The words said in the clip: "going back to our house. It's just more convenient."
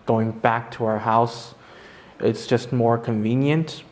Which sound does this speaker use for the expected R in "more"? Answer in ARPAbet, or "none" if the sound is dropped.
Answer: R